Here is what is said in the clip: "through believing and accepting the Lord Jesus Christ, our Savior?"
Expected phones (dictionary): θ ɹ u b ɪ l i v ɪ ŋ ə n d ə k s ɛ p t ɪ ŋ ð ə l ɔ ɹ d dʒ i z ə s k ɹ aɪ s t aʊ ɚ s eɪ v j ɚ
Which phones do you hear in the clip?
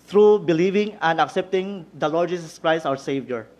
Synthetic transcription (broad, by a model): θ ɹ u b ɪ l i v ɪ ŋ ə n d ə k s ɛ p t ɪ ŋ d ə l ɔ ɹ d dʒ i s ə s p ɹ aɪ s aʊ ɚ s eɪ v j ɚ